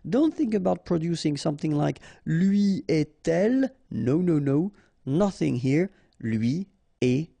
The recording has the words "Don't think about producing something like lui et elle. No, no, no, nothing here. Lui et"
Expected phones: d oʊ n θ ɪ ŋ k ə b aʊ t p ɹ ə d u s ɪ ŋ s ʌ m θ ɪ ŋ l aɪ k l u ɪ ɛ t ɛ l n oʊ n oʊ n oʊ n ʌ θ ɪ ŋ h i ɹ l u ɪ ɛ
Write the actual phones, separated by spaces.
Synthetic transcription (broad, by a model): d oʊ n θ ɪ ŋ k ə b aʊ t p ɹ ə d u s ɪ ŋ s ʌ m θ ɪ ŋ l aɪ k l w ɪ ɛ t ɛ l n oʊ n oʊ n oʊ n ʌ θ ɪ ŋ h i ɹ l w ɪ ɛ